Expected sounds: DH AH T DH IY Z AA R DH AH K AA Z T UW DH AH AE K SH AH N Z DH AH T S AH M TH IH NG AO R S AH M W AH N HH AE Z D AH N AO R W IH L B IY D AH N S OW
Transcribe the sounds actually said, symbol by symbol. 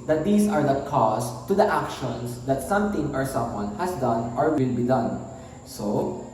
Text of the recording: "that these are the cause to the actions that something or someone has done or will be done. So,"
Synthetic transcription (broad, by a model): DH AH T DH IY S AA R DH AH K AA S T UW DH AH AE K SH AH N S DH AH T S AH M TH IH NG AO R S AH M W AH N HH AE S D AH N AO R W IH L B IY D AH N S OW